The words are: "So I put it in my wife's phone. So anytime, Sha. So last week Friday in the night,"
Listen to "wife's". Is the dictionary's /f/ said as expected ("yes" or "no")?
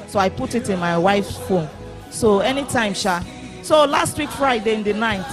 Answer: yes